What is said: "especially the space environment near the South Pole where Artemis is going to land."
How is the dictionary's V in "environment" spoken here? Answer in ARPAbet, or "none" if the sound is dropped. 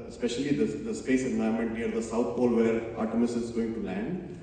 none